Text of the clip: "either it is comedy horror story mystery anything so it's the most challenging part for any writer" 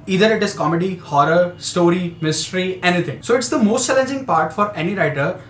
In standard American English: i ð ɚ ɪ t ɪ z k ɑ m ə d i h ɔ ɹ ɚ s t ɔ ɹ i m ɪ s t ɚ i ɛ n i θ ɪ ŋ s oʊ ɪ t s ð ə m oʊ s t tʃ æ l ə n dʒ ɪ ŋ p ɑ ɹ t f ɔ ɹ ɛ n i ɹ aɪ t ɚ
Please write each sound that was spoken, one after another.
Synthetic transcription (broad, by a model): i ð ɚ ɪ t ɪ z k ɑ m ə d i h ɔ ɹ ɚ s t ɔ ɹ i m ɪ s t ɚ i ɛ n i t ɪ ŋ s oʊ ɪ t s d ə m oʊ s t tʃ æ l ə n dʒ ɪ ŋ p ɑ ɹ t f ɔ ɹ ɛ n i ɹ aɪ t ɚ